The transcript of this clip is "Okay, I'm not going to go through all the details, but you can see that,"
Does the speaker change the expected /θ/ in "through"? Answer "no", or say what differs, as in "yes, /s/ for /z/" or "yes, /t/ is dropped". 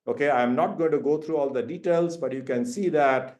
yes, /t/ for /θ/